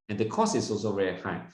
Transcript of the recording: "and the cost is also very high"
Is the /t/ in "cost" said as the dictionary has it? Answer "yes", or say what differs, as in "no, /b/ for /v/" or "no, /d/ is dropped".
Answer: no, /t/ is dropped